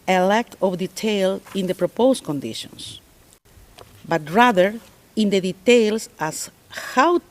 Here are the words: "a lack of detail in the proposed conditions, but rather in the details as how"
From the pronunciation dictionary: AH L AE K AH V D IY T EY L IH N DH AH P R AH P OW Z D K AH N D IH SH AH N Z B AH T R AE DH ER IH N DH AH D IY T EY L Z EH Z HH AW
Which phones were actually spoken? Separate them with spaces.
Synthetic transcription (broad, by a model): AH L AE K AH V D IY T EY L IH N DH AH P R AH P OW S K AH N D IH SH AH N S B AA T R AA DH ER IH N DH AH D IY T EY L S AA S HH AW